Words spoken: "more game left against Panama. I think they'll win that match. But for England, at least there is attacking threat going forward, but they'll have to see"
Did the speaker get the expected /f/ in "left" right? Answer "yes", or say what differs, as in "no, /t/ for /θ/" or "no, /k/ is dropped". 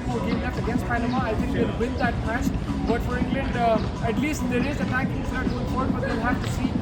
no, /f/ is dropped